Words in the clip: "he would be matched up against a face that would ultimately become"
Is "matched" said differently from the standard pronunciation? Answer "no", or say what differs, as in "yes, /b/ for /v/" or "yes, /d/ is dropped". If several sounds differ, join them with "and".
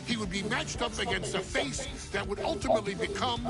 no